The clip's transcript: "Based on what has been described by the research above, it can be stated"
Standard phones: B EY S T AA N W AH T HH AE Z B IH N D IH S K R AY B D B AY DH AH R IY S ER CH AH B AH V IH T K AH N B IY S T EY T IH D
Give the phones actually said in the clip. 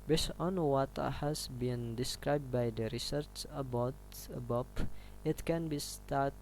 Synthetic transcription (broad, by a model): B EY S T AA N W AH T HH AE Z B IH N D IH S K R AY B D B AY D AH R IY S ER CH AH B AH P IH T K AH N B IY S T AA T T